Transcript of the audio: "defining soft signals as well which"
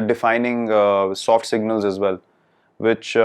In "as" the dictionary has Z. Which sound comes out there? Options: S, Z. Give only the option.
Z